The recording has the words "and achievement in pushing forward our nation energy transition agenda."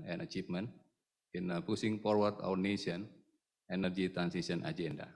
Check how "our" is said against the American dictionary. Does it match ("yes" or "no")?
no